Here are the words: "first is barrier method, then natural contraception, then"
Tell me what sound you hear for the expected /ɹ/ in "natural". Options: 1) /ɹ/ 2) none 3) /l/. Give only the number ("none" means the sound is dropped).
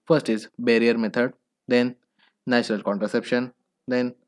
1